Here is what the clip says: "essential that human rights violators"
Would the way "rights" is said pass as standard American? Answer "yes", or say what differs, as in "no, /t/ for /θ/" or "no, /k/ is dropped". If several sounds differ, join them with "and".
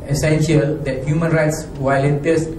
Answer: yes